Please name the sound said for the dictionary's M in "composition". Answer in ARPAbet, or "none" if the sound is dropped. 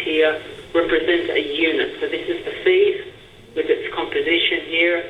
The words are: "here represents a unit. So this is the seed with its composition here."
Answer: M